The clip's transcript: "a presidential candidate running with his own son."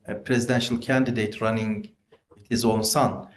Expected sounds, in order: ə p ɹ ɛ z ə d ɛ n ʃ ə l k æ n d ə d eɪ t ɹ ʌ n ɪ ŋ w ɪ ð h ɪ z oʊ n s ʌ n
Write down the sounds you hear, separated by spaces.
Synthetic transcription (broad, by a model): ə p ɹ ɛ z ə d ɛ n ʃ ə l k æ n d ə d eɪ t ɹ ʌ n ɪ ŋ w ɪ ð h ɪ z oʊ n s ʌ n